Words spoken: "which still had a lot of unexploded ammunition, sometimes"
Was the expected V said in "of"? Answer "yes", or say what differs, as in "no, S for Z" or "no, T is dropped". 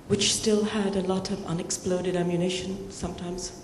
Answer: yes